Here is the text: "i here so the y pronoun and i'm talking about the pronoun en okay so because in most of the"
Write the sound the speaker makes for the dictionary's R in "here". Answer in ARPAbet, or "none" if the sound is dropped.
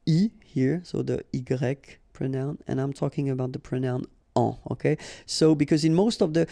R